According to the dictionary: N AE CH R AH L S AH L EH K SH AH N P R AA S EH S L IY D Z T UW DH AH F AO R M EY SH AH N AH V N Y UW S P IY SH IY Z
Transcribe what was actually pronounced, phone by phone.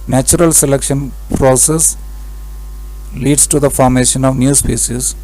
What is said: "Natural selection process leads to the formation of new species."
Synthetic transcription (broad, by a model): N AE CH R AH L S AH L EH K SH AH N P R AA S EH S L IY D S T UW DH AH F AO R M EY SH AH N AH V N Y UW S P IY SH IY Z